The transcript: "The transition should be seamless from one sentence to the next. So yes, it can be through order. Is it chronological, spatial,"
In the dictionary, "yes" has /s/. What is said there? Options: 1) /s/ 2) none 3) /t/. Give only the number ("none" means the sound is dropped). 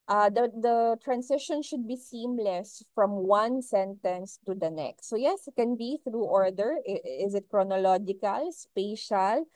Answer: 1